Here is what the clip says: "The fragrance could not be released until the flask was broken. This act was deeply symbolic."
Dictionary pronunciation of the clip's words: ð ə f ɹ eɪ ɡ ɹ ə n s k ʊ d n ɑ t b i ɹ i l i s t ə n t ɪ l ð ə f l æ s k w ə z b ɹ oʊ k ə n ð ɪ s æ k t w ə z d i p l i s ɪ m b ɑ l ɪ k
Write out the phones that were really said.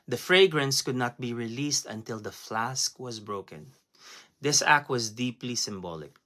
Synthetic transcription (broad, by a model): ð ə f ɹ eɪ ɡ ɹ ə n s k ʊ d n ɑ t b i ɹ i l i s t ə n t ɪ l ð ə f l æ s k w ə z b ɹ oʊ k ə n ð ɪ s æ k t w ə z d i p l i s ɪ m b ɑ l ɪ k